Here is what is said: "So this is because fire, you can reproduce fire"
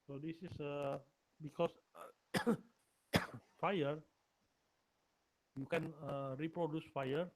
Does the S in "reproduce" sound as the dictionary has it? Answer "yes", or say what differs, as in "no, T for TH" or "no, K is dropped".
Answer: yes